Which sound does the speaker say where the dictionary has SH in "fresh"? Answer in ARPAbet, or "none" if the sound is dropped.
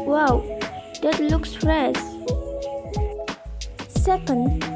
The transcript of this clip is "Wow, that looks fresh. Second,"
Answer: S